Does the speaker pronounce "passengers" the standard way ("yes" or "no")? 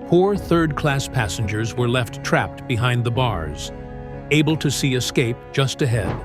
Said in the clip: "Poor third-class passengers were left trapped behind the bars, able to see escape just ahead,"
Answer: yes